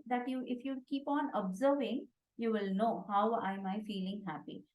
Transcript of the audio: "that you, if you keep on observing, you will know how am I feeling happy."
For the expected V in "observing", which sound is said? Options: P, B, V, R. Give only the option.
V